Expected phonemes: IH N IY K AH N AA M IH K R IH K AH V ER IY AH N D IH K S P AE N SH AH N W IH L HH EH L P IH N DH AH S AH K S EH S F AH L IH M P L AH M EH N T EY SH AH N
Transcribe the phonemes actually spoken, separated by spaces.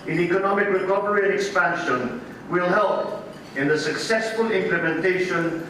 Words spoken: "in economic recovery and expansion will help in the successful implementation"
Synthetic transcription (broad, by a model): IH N IY K AH N AA M IH K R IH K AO P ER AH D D IH K S P AE N SH AH N W IH L HH EH L P IH N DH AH S AH K S EH S F AH L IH M P L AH M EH N T EY SH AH N